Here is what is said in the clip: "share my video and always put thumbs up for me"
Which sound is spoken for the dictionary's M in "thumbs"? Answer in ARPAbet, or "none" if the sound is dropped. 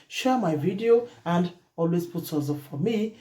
none